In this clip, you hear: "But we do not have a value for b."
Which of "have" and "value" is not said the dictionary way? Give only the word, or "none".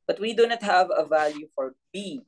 none